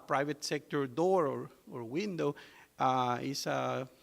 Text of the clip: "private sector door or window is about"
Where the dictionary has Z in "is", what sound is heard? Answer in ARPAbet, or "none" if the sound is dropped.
S